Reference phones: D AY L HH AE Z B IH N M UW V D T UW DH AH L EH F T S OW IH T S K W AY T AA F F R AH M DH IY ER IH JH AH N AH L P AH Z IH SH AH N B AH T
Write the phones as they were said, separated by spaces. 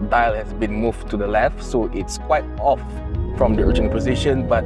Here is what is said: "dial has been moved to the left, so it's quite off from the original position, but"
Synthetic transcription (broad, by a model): D AY L HH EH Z B IH N M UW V T UW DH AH L EH F T S OW IH T S K W AY T AA F F R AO M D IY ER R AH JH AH N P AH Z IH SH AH N B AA T